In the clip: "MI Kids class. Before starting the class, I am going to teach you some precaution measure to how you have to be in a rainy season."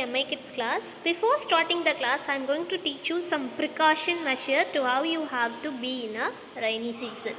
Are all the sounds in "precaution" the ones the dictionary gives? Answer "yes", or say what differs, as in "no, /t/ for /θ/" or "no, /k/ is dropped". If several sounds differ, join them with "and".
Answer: yes